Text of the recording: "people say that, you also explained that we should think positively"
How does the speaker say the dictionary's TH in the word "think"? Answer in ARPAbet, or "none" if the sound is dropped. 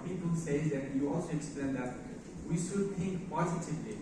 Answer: T